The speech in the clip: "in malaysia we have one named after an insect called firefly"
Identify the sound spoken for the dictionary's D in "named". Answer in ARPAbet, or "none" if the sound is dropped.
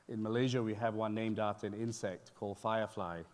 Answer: D